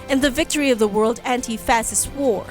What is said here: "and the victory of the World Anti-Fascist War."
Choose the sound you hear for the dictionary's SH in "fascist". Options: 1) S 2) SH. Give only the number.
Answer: 1